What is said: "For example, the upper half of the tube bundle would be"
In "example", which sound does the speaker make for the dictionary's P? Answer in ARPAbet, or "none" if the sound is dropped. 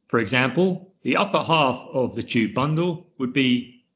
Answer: P